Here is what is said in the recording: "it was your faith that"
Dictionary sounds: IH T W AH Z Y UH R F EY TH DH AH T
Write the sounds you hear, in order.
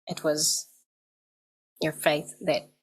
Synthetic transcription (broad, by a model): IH T W AH Z Y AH R F EY TH DH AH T